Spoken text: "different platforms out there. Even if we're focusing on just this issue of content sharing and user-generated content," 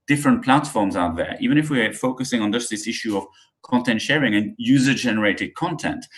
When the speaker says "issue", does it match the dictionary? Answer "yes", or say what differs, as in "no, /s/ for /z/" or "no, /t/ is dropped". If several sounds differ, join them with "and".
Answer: yes